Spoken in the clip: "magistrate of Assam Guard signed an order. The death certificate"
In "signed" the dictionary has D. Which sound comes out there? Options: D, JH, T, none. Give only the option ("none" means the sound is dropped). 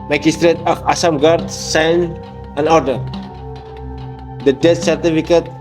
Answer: none